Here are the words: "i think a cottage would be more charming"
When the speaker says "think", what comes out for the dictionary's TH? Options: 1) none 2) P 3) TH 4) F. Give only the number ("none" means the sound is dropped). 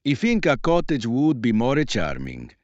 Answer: 4